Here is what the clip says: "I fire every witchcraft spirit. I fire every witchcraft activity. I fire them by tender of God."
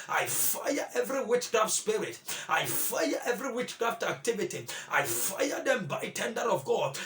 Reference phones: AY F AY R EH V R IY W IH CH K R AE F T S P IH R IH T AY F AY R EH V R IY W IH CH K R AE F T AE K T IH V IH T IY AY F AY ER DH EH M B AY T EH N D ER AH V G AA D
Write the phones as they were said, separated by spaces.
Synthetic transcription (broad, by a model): AY F AY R EH V R IY W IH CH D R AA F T S P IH R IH T AY F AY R EH V R IY W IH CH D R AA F T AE K T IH V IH T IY AY F AY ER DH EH M B AY T EH N D ER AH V G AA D